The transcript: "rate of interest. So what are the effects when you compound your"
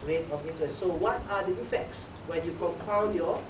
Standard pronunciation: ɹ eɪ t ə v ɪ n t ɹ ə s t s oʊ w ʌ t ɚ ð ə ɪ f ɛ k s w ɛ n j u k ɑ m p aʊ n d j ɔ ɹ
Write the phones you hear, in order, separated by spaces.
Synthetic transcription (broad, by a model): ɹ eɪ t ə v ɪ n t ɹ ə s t s oʊ w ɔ t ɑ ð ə ɪ f ɛ k s w ɛ n j u k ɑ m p aʊ n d j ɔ